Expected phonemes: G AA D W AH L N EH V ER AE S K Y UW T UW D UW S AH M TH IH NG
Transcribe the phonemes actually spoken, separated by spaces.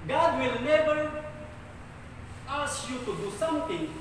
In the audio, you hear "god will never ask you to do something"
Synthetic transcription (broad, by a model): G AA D W AH L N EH B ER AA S Y UW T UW D UW S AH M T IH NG